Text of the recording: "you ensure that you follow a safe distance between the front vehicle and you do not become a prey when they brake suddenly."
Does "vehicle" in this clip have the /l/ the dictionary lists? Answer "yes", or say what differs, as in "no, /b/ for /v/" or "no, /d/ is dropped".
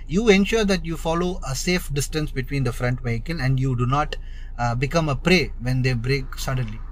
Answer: no, /n/ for /l/